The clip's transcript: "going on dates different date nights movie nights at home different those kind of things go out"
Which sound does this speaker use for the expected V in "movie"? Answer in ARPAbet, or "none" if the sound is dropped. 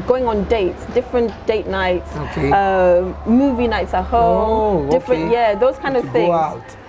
V